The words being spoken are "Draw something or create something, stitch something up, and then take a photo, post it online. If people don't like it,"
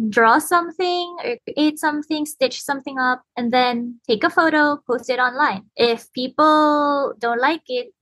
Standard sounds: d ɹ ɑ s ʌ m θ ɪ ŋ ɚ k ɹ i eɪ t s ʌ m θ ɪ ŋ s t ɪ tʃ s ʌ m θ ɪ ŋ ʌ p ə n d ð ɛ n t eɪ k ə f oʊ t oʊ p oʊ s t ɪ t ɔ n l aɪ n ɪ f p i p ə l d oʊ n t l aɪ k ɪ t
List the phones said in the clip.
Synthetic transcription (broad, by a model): d ɹ ɑ s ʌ m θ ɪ ŋ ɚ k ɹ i eɪ t s ʌ m θ ɪ ŋ s t ɪ tʃ s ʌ m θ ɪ ŋ ʌ p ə n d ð ɛ n t eɪ k ə f oʊ t oʊ p oʊ s t ɪ t ɔ n l aɪ n ɪ f p i p ə l d oʊ n t l aɪ k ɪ t